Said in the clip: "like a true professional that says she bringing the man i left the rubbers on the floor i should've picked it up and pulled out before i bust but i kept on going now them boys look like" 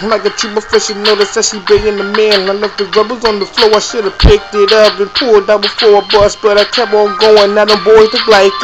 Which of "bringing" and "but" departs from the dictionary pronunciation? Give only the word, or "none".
bringing